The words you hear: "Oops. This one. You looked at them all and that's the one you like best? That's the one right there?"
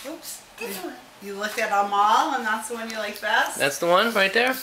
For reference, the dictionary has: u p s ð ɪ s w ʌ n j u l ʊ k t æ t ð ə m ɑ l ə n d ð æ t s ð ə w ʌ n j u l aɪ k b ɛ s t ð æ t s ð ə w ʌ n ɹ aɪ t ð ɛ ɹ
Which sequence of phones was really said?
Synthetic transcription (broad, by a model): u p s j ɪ l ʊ k ɪ t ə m ɑ l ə n ð æ t s ð ə w ʌ n j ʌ l aɪ k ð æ t ð æ t s ð ə w ʌ n ɹ aɪ t ð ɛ ɹ